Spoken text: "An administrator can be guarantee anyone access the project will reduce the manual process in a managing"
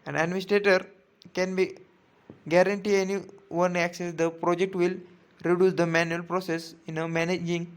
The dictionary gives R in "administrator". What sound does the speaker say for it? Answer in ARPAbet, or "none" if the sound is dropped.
R